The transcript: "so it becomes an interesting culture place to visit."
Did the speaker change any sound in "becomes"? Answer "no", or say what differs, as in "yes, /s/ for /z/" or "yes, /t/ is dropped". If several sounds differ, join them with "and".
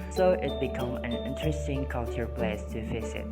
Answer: yes, /z/ is dropped